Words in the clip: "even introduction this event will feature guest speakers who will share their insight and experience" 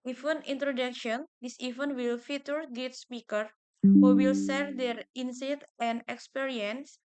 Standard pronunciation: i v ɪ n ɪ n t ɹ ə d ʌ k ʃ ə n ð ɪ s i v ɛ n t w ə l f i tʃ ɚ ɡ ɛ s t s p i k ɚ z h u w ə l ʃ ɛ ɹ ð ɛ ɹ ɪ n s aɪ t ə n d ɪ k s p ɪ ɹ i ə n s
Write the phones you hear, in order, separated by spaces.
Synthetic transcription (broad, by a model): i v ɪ n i n t ɹ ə d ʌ k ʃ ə n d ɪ s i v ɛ n w ə l f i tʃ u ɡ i t s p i k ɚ h u w ə l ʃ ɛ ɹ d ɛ ɹ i n s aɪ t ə n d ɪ k s p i ɹ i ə n s